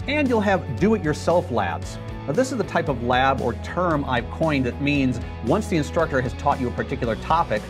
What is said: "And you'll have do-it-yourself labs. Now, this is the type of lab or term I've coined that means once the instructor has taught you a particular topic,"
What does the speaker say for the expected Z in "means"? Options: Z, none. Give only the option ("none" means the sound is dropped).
Z